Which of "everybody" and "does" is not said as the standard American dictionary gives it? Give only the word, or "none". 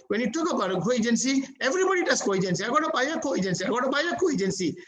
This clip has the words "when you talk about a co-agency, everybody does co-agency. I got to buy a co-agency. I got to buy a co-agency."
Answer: does